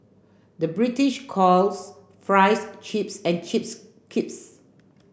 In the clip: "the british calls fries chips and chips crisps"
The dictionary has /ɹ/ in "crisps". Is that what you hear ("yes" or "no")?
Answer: no